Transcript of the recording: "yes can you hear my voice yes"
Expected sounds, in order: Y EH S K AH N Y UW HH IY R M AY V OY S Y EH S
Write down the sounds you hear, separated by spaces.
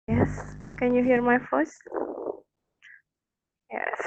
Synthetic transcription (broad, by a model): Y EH S K AH N Y UW HH IY R M AY F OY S Y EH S